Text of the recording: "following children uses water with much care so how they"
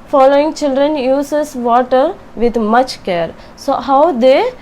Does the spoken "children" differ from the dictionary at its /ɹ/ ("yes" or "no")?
no